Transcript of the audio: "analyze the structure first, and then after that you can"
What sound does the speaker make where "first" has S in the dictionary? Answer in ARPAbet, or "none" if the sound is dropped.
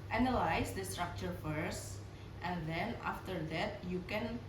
S